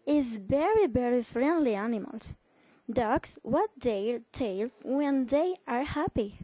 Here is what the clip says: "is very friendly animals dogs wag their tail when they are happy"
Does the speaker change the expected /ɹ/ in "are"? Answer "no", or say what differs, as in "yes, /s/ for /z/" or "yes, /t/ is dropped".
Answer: no